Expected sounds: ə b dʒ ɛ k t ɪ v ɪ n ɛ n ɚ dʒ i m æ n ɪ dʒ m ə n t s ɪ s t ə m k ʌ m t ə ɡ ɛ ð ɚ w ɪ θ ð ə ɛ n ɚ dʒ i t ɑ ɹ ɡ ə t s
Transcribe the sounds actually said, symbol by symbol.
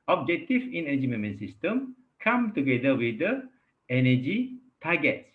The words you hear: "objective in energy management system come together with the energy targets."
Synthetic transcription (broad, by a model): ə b dʒ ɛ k t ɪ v ɪ n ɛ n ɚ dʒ i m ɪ m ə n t s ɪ s t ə m k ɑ m t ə ɡ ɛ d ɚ w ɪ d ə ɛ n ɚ dʒ i t ɑ ɡ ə t s